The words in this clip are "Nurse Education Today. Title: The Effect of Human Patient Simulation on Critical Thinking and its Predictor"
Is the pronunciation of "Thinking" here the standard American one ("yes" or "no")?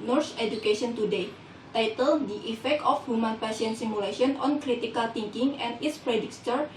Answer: no